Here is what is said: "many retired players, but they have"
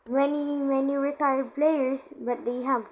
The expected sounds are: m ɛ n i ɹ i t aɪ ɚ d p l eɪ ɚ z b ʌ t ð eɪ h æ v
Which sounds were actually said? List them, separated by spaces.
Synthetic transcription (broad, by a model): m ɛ n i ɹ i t aɪ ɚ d p l eɪ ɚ s b ʌ t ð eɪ h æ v